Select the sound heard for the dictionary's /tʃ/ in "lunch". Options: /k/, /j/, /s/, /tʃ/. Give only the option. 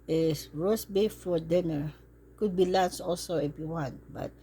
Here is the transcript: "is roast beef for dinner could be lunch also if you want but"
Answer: /s/